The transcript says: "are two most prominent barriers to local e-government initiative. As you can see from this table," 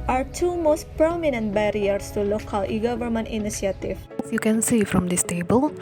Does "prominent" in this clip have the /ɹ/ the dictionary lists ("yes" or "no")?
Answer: yes